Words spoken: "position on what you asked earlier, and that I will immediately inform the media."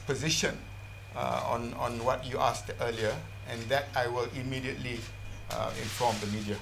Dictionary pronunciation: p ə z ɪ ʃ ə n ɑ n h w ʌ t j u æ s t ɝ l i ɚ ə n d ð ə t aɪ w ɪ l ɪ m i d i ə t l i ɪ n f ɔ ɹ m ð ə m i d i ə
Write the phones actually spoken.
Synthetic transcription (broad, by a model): p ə z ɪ ʃ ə n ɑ n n w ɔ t j u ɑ s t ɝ l i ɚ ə n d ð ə t aɪ w ɪ l ɪ m i d i ə t l i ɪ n f ɔ m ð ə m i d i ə